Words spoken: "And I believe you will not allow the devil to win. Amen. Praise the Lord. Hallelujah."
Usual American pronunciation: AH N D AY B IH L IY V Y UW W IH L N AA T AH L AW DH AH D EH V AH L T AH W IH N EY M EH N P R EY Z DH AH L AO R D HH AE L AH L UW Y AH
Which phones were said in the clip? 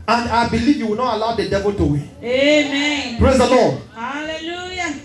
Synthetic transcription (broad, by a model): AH N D AY B IH L IY V Y UW W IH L N AA T AH L AW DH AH D EH V AH L T AH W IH EY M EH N P R EY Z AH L AO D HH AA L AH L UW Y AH